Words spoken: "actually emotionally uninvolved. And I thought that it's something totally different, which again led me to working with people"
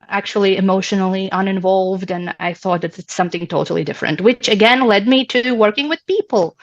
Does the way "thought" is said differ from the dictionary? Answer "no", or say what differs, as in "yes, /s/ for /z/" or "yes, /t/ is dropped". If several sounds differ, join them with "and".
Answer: no